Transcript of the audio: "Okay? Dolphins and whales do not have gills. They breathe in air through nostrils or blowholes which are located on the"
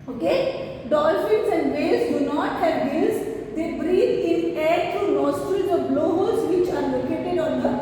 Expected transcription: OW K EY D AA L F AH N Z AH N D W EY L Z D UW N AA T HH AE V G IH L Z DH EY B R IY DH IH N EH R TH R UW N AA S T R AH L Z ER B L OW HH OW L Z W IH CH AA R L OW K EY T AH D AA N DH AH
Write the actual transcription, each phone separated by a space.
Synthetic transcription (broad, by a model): OW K EY D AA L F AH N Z AH N D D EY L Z D UW N AA T HH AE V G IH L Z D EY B R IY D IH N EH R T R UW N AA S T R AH Z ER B L OW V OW Z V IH CH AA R L OW K EY T AH D AA N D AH